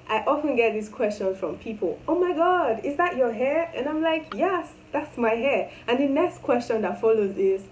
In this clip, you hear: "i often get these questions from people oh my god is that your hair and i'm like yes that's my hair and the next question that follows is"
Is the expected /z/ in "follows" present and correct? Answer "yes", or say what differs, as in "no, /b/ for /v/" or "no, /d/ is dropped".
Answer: yes